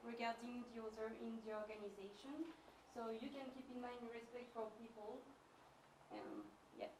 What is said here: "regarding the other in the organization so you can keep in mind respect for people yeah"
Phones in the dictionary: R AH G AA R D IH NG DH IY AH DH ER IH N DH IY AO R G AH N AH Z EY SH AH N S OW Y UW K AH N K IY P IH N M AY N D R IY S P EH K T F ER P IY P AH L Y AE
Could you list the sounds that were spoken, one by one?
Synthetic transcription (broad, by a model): R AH G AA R D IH NG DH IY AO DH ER IH N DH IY AO R G AH N AH Z EY SH AH N S OW Y UW K AH N K IY P IH N M AY N D R IY S P EH K T F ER P IY P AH L Y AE